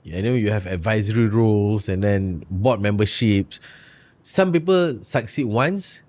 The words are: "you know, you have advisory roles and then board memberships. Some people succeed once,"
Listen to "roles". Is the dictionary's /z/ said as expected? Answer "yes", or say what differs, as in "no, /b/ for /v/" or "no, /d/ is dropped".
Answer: no, /s/ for /z/